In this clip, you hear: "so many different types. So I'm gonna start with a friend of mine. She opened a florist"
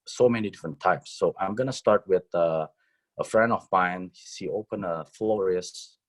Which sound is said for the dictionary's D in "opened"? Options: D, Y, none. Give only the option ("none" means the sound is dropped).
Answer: none